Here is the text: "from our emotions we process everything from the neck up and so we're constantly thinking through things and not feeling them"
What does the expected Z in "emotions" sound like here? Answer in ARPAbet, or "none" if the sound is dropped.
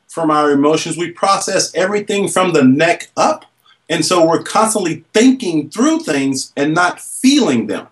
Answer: Z